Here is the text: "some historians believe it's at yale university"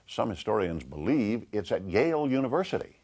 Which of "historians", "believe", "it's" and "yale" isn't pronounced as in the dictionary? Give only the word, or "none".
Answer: none